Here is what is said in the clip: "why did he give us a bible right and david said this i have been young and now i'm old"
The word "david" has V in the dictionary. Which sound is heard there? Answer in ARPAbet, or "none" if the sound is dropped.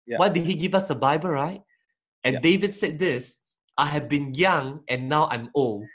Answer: V